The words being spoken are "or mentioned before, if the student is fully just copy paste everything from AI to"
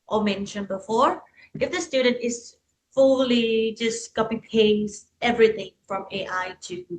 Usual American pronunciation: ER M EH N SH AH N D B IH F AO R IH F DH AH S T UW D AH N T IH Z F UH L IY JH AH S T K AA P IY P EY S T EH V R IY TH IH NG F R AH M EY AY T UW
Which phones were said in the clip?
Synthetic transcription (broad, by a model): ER M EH N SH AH N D B IH F AO R IH F DH AH S T UW D AH N T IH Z F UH L IY JH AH S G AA B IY P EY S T EH V R IY TH IH NG F R AH M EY AY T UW